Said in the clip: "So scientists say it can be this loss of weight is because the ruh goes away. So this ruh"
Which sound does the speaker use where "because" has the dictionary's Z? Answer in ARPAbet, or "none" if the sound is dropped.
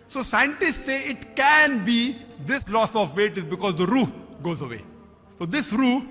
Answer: Z